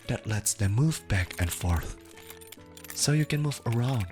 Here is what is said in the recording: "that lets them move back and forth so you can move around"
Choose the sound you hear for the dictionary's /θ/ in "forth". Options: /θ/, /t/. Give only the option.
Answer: /θ/